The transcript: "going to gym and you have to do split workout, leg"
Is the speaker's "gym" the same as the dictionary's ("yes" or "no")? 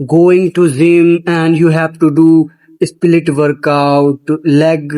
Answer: no